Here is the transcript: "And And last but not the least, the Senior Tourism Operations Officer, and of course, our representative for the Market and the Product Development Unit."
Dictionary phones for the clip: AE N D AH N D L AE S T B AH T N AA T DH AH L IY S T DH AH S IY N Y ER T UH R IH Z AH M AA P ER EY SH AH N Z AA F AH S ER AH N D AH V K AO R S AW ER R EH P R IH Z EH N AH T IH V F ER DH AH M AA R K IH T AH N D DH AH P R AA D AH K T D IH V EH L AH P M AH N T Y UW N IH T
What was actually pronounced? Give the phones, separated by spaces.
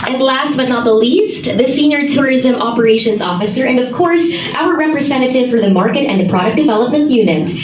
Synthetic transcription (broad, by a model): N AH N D L AE S T B AH T N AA T DH AH L IY S T DH AH S IY N Y ER T UH R IH Z AH M AA P ER EY SH AH N Z AA F AH S ER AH N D AH V K AO R S AW ER R EH P R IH Z EH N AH T IH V F ER DH AH M AA R K IH T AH N DH AH P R AA D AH K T D IH V EH L AH P M AH N T Y UW N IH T